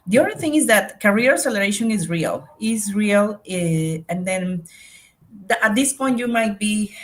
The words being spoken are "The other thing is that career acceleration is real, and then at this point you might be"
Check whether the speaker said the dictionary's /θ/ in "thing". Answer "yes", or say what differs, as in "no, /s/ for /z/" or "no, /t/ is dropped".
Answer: yes